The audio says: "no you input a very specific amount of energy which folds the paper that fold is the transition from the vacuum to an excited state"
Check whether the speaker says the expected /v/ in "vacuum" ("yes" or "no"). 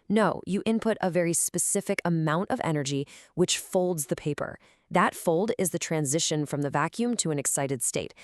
yes